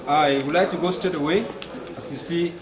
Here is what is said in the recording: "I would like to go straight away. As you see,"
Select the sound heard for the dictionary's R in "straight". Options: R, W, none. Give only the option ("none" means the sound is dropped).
none